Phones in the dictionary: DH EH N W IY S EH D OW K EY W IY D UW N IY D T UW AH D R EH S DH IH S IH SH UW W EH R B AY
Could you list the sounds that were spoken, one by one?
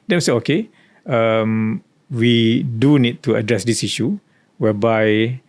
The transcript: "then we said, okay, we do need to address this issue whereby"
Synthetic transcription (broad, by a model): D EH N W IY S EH OW K EY W IY D UW N IY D T UW AH D R EH S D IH S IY SH UW W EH B AY